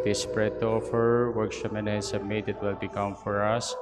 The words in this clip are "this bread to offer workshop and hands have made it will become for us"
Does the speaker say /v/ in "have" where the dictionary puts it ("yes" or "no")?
no